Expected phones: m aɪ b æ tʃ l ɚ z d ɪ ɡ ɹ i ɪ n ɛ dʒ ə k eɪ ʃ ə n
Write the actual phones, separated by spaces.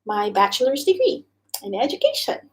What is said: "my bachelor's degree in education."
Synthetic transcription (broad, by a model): m aɪ b æ tʃ l ɚ z d ɪ ɡ ɹ i ɪ n ɛ dʒ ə k eɪ ʃ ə n